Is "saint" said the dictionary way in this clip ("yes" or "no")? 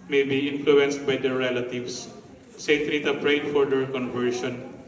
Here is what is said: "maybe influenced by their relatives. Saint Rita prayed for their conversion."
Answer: no